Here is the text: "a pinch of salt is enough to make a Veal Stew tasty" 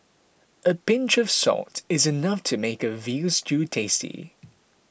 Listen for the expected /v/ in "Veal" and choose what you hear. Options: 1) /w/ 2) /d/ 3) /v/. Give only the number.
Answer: 3